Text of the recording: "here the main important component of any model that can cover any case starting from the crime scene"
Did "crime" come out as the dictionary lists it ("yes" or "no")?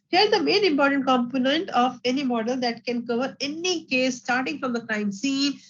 no